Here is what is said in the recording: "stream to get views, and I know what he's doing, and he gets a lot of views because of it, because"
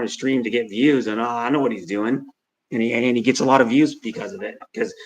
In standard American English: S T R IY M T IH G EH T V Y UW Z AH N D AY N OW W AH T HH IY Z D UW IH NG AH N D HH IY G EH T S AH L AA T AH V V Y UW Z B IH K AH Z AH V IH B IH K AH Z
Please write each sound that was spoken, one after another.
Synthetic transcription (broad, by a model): S T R IY M T IH G EH T V Y UW Z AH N AY N OW W AH T HH IY Z D UW IH NG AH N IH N IY G EH T S AH L AA T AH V V Y UW Z B IH K AH Z AH V IH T K AH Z